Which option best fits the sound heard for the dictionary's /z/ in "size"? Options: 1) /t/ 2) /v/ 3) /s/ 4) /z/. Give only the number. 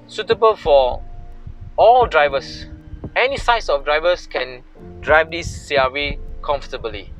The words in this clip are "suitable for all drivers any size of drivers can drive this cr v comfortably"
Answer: 3